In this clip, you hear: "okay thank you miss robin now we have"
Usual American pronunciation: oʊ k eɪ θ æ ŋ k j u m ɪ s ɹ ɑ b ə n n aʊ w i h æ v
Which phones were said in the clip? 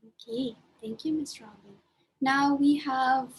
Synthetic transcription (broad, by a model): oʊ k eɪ θ æ ŋ k j u m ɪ s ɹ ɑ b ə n n aʊ w i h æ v